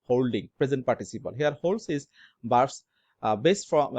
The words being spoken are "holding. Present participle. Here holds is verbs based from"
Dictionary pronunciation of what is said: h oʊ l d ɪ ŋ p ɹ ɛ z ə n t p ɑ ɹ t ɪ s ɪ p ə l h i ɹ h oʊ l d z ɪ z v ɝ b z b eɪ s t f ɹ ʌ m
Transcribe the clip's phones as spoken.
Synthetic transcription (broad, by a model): h oʊ l d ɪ ŋ p ɹ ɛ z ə n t p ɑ ɹ t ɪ s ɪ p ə l h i ɹ h oʊ l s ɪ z b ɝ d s b eɪ s t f ɹ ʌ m